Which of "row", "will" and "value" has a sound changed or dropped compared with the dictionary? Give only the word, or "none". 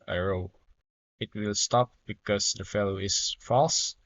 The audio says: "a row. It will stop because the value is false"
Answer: value